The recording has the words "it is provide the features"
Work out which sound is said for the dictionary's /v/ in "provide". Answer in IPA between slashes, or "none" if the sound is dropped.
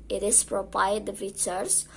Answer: /p/